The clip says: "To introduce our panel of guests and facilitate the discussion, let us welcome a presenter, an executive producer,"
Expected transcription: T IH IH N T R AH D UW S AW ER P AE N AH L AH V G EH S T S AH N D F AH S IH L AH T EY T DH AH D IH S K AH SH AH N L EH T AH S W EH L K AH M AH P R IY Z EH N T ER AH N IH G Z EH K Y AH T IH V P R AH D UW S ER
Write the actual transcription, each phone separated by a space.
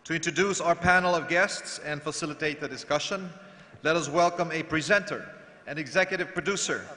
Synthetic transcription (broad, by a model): T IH IH N T R AH D UW S AW ER P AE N L AH V G EH S T S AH N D F AH S IH L AH T EY T DH AH D IH S K AH SH AH N L EH T AH S W EH L K AH M AH P R IY Z EH N T ER AH N IH G Z EH K Y AH T IH V P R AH D UW S ER